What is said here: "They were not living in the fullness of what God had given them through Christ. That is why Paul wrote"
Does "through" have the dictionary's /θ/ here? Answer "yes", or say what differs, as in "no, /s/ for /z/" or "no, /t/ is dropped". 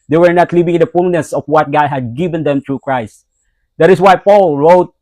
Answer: no, /t/ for /θ/